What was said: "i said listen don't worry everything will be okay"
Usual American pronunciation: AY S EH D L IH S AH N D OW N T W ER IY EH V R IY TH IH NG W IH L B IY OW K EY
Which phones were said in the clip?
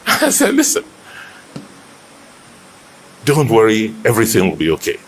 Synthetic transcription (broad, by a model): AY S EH L IH S AH N D OW N T W ER IY EH V R IY TH IH NG W IH L B IY OW K EY